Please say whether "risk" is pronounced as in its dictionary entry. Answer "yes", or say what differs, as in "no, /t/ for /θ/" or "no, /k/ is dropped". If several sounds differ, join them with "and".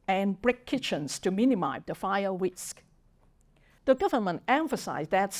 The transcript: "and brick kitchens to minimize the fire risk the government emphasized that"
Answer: no, /w/ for /ɹ/